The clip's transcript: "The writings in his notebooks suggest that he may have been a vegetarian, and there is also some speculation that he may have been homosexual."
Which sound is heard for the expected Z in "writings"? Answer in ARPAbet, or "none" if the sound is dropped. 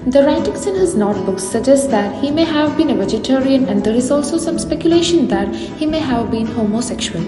S